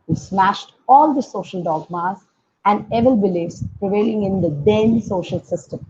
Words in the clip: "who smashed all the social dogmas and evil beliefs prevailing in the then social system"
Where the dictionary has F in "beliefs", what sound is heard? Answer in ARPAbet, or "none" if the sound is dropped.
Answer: none